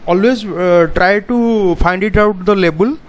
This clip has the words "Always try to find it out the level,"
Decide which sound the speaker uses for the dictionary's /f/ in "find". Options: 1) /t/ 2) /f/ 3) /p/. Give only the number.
3